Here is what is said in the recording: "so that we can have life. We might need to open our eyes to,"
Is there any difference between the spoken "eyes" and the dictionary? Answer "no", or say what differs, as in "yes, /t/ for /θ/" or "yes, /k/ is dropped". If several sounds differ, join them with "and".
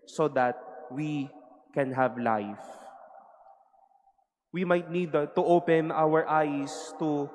yes, /s/ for /z/